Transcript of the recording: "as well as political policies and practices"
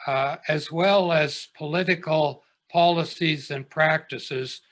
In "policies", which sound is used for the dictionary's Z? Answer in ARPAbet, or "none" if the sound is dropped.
Z